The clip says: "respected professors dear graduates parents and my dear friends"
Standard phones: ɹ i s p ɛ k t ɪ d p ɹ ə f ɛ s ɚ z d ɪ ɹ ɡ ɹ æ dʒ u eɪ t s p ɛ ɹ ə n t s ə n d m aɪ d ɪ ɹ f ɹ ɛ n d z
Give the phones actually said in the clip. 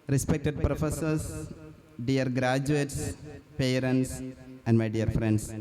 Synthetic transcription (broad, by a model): ɹ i s p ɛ k t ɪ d p ɹ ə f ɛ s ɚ s d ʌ ɹ ɡ ɹ æ dʒ u eɪ t s p ɛ ɹ ə n t s ə n d m aɪ d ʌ ɹ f ɹ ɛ n d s